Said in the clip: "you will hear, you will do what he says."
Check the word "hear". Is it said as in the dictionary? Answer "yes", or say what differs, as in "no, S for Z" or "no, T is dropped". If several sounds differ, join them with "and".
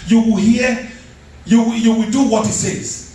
no, W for R